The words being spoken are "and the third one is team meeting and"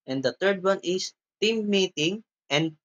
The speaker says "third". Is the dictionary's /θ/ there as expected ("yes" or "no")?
no